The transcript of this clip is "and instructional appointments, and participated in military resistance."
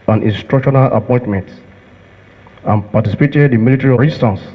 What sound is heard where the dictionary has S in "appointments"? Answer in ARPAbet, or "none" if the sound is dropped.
none